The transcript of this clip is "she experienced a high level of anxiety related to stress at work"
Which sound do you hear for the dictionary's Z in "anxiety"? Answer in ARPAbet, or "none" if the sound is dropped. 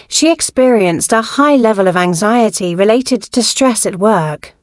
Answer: Z